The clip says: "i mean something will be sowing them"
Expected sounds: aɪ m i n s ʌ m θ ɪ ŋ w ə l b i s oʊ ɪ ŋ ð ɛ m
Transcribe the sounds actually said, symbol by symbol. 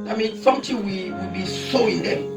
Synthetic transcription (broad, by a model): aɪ m i n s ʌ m t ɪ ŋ w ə w b i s oʊ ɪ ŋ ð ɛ